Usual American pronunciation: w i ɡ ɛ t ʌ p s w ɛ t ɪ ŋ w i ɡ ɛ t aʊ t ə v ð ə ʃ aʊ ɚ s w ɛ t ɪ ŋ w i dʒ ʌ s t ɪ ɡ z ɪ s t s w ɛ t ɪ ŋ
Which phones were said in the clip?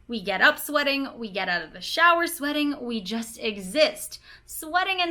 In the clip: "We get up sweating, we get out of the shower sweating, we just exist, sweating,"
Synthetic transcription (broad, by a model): w i ɡ ɛ t ʌ p s w ɛ t ɪ ŋ w i ɡ ɛ t aʊ t ə v ð ə ʃ aʊ ɚ s w ɛ t ɪ ŋ w i dʒ ʌ s t ɪ ɡ z ɪ s t s w ɛ t ɪ ŋ